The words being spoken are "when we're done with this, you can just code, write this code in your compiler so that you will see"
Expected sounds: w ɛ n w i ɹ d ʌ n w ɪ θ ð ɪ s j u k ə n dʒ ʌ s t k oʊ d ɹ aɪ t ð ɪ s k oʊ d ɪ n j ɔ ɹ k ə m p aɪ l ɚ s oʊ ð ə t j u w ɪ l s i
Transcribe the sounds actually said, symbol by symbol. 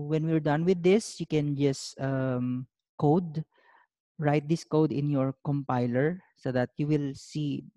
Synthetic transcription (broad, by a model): w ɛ n w i ɹ d ʌ n w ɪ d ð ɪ s j u k ə n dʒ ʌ s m k oʊ d ɹ aɪ t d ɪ s k oʊ d ɪ n j ɔ ɹ k ə m p aɪ l ɚ s oʊ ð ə t j u w ɪ l s i